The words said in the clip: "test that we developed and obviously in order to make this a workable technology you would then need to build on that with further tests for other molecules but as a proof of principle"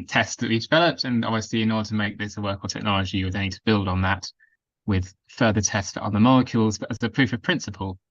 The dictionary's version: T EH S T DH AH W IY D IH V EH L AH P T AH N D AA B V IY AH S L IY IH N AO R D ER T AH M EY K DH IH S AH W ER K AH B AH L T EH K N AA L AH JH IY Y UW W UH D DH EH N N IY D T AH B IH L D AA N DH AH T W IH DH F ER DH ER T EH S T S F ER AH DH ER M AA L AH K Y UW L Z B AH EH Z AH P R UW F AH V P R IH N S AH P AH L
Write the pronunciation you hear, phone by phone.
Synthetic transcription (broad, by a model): T EH S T DH AH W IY D IH V EH L AH P T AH N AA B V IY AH S L IY IH N AO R D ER T AH M EY K DH IH S AH W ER K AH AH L T EH K N AA L AH JH IY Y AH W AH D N N IY D T AH B IH L D N DH AH T W IH DH F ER DH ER T EH S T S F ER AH DH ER M AA L AH K Y UW L Z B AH Z AH P R UW F AH V P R IH N S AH P AH L